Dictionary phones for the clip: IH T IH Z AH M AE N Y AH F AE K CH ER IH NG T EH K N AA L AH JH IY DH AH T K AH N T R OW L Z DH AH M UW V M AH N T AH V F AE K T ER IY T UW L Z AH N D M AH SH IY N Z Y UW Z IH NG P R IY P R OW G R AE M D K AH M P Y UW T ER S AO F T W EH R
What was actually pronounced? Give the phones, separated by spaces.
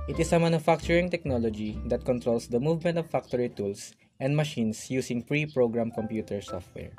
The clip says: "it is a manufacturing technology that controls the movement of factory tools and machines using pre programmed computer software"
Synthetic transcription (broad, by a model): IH T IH S AH M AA N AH F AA K CH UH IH NG T EH K N AA L AH JH IY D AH T K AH N T R OW L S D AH M UW V M AH N T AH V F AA K T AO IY T UW L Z AH N D M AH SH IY N S Y UW S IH NG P R IY P R OW G R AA M K AH M P Y UW T ER S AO F T W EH R